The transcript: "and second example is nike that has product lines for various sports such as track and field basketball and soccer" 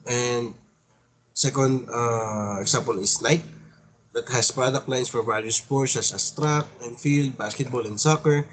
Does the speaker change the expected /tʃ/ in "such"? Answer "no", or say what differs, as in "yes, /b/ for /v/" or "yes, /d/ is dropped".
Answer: yes, /s/ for /tʃ/